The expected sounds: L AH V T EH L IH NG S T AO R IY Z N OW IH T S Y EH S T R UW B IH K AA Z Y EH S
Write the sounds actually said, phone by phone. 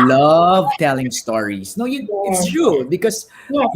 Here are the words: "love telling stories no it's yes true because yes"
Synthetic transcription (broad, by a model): L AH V T EH L IH NG S T AO R IY S N OW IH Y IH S T R UW B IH K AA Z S